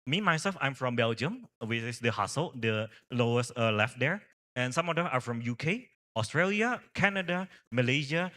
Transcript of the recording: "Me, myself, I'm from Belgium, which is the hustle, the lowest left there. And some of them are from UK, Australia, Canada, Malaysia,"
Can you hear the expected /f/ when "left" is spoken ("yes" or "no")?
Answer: yes